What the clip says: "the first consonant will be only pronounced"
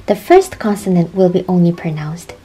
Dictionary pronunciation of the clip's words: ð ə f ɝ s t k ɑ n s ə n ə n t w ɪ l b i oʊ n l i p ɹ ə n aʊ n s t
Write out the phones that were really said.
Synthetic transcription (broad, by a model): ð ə f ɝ s t k ɑ n s ə n ə n t w ɪ l b i oʊ n l i p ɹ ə n aʊ n s t